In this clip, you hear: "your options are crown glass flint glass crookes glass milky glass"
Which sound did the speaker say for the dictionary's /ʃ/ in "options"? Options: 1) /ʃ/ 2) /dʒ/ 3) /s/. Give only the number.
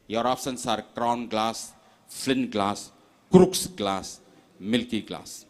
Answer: 3